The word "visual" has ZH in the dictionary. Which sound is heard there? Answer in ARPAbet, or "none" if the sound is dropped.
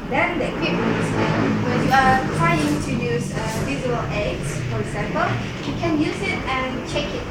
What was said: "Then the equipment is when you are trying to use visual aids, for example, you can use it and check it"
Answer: Z